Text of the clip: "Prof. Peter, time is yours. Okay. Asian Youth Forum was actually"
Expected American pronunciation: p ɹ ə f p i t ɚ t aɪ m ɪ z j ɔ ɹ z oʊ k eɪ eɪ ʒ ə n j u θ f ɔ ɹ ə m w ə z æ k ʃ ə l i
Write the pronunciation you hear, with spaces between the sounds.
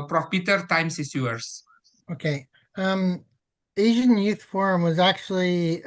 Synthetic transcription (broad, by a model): p ɹ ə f p i t ɚ t aɪ m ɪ s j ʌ ɹ s oʊ k eɪ eɪ ʒ ə n j u θ f ɔ ɹ ə m w ə z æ k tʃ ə l i